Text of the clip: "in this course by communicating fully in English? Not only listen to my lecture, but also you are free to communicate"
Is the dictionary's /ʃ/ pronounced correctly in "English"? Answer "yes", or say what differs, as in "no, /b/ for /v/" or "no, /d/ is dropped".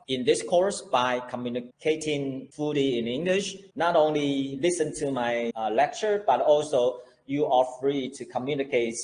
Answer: yes